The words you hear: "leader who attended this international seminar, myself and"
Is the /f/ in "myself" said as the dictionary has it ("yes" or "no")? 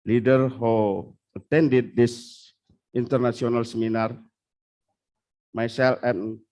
no